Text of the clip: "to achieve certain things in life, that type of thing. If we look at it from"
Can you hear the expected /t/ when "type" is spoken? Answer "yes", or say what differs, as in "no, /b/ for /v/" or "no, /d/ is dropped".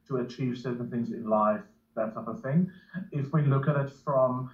no, /s/ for /t/